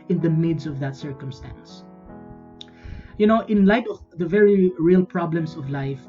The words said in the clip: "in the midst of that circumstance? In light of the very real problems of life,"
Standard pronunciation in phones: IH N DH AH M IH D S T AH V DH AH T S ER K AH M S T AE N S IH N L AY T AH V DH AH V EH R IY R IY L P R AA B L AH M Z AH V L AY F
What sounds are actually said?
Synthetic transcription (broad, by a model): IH N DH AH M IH D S AH V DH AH T S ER K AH M S T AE N S IH N L AY T AH V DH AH V EH R IY R IY L P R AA B L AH M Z AH V L AY F